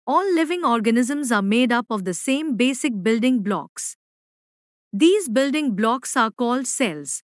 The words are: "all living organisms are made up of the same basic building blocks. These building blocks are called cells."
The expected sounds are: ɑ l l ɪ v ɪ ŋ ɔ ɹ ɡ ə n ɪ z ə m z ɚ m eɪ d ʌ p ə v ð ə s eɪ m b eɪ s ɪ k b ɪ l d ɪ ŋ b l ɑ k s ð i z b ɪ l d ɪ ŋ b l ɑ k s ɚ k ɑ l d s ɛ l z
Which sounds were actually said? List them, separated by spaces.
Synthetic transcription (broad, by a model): ɑ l l ɪ v ɪ ŋ ɔ ɹ ɡ ə n ɪ z ə m z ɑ m eɪ d ʌ p ə v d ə s eɪ m b eɪ s ɪ k b ɪ l d ɪ ŋ b l ɑ k s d i z b ɪ l d ɪ ŋ b l ɑ k s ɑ k ɑ l d s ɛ l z